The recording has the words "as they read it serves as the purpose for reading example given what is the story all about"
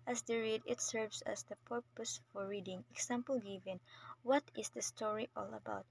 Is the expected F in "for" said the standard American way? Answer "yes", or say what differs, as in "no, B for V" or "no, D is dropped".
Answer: yes